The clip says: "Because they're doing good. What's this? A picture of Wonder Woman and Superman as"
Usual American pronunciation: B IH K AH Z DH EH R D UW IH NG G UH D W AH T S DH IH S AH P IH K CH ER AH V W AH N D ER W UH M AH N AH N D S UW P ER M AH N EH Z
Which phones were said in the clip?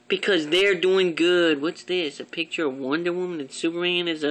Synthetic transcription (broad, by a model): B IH K AH Z DH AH R D UW IH NG G UH D W AH T S DH IH S AH P IH K CH ER AH V W AH N D ER W UH M AH N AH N S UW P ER AH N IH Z